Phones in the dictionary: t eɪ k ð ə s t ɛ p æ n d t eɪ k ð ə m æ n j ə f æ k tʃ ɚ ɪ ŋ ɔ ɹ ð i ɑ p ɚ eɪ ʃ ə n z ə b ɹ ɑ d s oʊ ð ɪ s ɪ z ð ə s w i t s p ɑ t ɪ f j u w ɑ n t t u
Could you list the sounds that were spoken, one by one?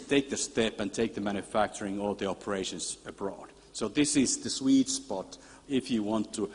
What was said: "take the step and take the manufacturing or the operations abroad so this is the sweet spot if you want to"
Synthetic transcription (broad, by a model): t eɪ k ð ə s t ɛ p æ n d t eɪ k ð ə m æ n j ə f æ k tʃ ɚ ɪ ŋ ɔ l ð i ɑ p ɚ eɪ ʃ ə n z ə b ɹ ɑ d s oʊ ð ɪ s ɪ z ð ə s w i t s p ɑ t ɪ f j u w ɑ n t t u